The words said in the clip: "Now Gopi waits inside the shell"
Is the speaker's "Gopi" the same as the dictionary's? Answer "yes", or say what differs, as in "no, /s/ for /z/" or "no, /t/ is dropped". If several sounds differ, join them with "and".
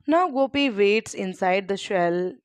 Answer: yes